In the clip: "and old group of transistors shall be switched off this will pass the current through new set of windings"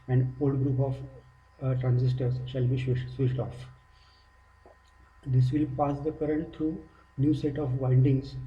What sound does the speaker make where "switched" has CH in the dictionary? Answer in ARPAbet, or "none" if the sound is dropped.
SH